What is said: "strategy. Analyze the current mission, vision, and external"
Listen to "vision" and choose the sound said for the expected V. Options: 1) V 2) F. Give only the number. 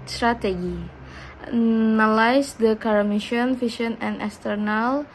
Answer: 2